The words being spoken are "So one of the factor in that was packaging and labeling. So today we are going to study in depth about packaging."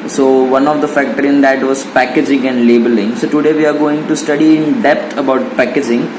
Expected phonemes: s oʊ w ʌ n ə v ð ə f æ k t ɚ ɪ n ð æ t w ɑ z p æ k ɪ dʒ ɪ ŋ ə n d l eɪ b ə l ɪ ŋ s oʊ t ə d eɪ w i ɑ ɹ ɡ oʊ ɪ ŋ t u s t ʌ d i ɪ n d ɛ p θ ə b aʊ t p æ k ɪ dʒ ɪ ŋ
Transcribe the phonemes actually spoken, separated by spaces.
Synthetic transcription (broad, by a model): s oʊ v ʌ n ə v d ə f æ k t ɚ ɪ n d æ t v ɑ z p æ k ɪ dʒ ɪ ŋ ə n d l eɪ b ə l ɪ ŋ s oʊ t ə d eɪ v i ɑ ɹ ɡ oʊ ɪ ŋ t u s t ʌ d i ɪ n d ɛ p t ə b aʊ t p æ k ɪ dʒ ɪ ŋ